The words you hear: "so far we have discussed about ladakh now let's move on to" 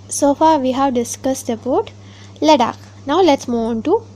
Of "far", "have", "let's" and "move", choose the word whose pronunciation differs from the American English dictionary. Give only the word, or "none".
move